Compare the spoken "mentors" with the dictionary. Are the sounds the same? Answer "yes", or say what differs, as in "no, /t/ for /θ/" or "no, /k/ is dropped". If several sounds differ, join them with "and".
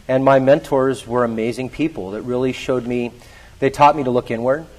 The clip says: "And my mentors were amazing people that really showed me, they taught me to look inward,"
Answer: yes